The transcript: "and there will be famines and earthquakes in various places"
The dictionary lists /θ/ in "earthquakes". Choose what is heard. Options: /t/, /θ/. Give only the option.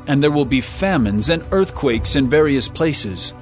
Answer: /θ/